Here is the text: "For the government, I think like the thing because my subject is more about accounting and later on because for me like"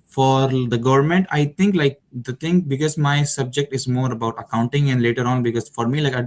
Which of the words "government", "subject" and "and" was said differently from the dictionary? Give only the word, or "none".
none